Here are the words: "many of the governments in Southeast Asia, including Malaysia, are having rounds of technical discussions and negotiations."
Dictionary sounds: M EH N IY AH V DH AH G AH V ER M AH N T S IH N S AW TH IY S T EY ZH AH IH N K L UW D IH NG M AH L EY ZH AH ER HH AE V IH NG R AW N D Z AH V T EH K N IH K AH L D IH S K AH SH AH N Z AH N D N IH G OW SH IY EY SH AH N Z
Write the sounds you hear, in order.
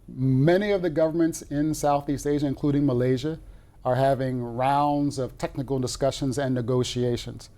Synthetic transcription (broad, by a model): M EH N IY AH V DH AH G AH V ER M AH N T S IH N S AW TH IY S T EY ZH AH IH N K L UW D IH NG M AH L EY ZH AH ER HH AE V IH NG R AW N D Z AH V T EH K N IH K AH L D IH S K AH SH AH N Z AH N N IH G OW SH IY EY SH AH N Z